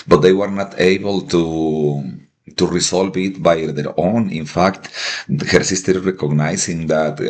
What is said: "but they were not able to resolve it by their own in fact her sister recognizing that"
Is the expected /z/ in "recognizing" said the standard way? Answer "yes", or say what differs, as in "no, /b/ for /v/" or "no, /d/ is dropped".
no, /s/ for /z/